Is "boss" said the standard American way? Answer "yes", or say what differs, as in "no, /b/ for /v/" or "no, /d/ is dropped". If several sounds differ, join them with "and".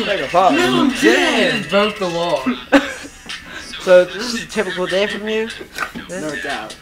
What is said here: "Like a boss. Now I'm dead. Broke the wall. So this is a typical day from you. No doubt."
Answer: no, /s/ is dropped